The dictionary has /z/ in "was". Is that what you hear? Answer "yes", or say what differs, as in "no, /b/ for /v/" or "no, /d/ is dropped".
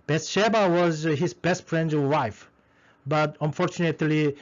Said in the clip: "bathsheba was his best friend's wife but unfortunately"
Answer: yes